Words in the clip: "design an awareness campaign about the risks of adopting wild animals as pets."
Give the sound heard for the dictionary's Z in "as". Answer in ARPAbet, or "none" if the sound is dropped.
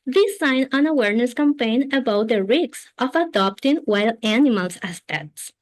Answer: S